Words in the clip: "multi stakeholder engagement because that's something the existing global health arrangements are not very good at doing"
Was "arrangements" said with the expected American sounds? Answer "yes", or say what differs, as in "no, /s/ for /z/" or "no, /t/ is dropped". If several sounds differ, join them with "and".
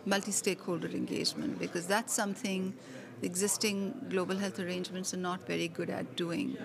yes